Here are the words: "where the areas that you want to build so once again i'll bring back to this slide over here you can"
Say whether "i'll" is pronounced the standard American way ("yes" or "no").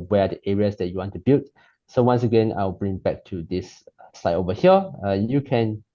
no